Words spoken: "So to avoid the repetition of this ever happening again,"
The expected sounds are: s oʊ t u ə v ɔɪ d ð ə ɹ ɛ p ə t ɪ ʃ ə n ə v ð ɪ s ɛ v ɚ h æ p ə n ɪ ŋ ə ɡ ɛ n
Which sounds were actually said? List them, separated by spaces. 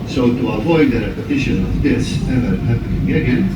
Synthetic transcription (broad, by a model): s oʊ t u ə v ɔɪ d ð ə ɹ ɛ p ə t ɪ ʃ ə n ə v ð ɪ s ɛ v ɚ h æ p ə ɪ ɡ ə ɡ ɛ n